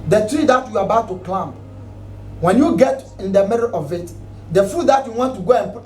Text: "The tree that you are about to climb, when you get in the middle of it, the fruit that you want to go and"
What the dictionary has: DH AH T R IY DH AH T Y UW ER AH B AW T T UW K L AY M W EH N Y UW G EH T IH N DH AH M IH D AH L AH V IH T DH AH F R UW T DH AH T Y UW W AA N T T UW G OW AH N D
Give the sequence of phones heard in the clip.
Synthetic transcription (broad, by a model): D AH T R IY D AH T Y UW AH B AW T T UW K L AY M W EH N Y UW G EH T IH N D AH M IH D AH L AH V IH T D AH F UW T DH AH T Y UW W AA N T T UW G OW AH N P